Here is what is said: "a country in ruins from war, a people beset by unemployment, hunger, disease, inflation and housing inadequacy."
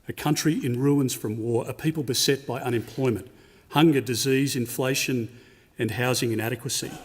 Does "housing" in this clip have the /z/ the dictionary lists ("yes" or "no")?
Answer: yes